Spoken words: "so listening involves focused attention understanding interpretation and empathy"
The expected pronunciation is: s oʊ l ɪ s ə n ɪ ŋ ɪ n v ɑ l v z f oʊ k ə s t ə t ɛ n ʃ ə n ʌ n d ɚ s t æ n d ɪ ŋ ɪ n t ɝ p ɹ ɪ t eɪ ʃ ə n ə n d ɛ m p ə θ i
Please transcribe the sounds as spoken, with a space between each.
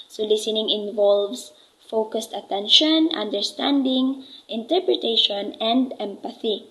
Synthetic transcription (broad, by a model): s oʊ l ɪ s ə n ɪ ŋ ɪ n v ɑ l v s f oʊ k ə s t ə t ɛ n ʃ ə n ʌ n d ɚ s t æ n d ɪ ŋ ɪ n t ɝ p ɹ ɪ t eɪ ʃ ə n ə n d ɛ m p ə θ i